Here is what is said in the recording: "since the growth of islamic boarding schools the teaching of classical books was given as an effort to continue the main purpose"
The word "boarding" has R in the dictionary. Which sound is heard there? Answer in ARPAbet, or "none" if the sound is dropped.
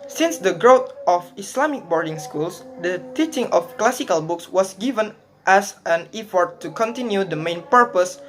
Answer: R